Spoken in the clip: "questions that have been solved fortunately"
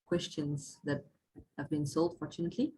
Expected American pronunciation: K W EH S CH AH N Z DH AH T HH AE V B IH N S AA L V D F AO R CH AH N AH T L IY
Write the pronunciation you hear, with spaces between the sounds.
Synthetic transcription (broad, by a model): K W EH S CH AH N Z DH AH T HH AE V B IH N S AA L D F AO R CH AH N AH T L IY